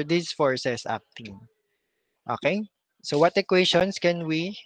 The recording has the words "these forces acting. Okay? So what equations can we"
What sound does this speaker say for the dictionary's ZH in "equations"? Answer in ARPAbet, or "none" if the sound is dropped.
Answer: SH